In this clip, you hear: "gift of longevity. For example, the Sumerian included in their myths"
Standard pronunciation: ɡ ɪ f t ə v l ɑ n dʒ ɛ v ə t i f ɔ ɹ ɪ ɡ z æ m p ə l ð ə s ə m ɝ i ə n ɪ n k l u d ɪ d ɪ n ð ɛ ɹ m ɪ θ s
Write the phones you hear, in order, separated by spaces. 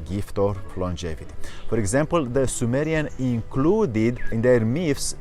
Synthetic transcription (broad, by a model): ɡ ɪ f t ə p l ɑ n dʒ ɛ v ə t i f ɔ ɹ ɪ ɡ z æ m p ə l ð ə s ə m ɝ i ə n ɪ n k l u d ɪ d ɪ n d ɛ ɹ m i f s